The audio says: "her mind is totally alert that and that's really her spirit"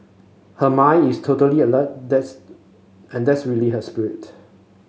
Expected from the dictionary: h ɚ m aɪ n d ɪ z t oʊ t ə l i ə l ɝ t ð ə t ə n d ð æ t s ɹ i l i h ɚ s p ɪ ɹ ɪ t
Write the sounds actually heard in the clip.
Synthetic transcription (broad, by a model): h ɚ m aɪ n ɪ s t oʊ t ə l i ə l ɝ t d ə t ə n d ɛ t s ɹ i l i h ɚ s p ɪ ɹ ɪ t